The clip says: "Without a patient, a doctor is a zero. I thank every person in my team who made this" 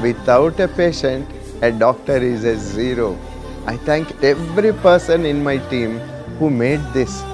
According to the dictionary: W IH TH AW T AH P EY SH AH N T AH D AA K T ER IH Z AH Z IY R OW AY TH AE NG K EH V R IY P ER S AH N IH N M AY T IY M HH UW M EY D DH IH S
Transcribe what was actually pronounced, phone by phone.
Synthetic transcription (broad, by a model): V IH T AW T AH P EY SH AH N T AH D AA K T ER IH Z AH Z IY R OW AY T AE NG K EH V R IY P ER S AH N IH N M AY T IY M HH UW M EY D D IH S